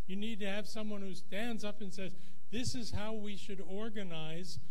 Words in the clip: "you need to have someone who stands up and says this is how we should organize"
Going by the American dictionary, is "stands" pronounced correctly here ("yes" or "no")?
yes